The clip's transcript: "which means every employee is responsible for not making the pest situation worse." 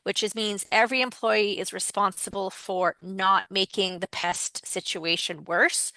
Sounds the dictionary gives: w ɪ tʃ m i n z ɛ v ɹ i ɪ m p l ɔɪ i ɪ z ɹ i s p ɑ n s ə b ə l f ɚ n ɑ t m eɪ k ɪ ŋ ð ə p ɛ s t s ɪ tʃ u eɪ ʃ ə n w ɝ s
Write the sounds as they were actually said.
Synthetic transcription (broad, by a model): w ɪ tʃ m i n z ɛ v ɹ i ɪ m p l ɔɪ i ɪ z ɹ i s p ɑ n s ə b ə l f ɚ n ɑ t m eɪ k ɪ ŋ ð ə p ɛ s t s ɪ tʃ u eɪ ʃ ə n w ɝ s